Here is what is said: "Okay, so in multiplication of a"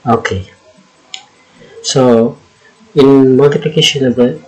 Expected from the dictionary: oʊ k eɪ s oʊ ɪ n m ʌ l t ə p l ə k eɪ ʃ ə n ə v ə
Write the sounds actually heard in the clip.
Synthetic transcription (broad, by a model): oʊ k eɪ s oʊ ɪ n m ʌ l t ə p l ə k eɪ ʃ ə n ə b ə